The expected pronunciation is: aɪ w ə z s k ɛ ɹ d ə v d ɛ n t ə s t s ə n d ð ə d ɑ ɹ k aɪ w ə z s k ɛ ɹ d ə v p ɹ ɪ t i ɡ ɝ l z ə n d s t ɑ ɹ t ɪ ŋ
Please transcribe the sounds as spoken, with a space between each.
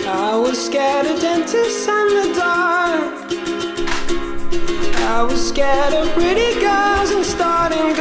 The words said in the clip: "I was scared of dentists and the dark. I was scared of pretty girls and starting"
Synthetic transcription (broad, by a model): aɪ w ə z s k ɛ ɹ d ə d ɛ n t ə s s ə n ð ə d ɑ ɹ aɪ w ə z s k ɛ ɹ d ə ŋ p ɹ ɪ t i ɡ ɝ z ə n s t ɑ ɹ t ɪ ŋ